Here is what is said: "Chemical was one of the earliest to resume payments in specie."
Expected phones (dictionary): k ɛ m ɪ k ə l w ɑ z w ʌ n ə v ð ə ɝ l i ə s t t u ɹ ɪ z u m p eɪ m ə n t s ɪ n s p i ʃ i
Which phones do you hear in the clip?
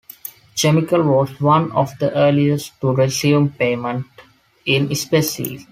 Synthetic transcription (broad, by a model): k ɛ m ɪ k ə l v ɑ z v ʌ n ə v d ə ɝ l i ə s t t u ɹ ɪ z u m p eɪ m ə n t ɪ n s p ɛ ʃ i